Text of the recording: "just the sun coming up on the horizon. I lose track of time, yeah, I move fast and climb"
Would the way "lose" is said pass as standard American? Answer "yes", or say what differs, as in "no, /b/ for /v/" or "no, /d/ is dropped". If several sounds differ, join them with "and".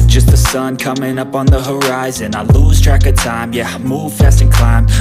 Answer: yes